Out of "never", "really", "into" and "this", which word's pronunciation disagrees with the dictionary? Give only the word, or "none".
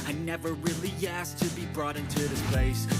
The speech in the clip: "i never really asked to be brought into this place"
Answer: none